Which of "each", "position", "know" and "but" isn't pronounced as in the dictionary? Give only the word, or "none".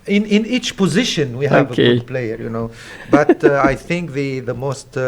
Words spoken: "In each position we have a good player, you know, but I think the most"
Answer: none